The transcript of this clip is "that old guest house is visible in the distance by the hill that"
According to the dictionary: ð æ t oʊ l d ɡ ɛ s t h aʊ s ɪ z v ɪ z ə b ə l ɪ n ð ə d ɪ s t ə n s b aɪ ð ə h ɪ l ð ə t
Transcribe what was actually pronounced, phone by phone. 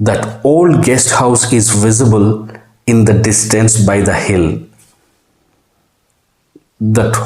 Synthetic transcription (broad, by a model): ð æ t oʊ l d ɡ ɛ s t h aʊ s ɪ z v ɪ z ə b ə l ɪ n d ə d ɪ s t ə n s b aɪ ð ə h ɪ l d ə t